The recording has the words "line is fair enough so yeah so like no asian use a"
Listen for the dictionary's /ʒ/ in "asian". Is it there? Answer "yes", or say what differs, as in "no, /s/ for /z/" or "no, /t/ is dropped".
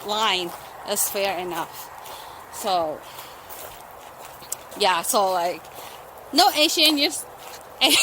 no, /ʃ/ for /ʒ/